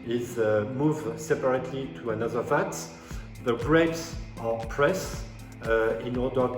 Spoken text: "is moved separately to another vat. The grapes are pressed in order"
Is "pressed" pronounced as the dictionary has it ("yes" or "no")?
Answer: no